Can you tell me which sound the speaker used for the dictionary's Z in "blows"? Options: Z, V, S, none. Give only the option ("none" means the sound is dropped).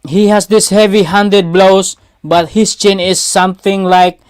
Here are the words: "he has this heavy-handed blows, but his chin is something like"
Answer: S